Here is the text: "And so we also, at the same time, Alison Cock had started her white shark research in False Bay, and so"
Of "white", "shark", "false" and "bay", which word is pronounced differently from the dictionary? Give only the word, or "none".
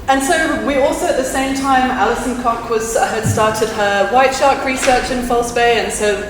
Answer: none